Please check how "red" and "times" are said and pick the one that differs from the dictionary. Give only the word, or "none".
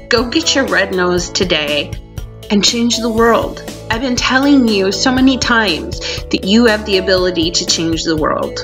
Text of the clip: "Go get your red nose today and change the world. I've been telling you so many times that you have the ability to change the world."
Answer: none